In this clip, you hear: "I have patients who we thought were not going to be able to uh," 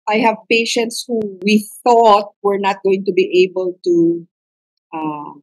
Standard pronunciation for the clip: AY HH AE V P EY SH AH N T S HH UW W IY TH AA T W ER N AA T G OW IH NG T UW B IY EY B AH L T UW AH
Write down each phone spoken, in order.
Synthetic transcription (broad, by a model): AY HH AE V P EY SH AH N T S HH UW W IY TH AA T W ER N AA T G OW IH NG T UW B IY EY B AH L T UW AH